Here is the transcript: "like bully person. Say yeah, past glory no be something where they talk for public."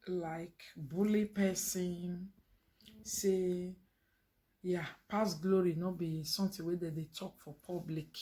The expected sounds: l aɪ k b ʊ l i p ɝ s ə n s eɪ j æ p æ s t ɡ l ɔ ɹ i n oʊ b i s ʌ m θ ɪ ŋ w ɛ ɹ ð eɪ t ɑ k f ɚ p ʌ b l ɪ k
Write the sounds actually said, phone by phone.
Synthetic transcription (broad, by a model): l aɪ k b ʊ l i p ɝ s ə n s eɪ j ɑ p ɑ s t ɡ l ɔ ɹ i n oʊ b i s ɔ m t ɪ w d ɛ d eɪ t ɑ k f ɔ p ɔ b l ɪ k